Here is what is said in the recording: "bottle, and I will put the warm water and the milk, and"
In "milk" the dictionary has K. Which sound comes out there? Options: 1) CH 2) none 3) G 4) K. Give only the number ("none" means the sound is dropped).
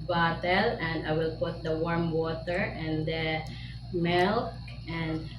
4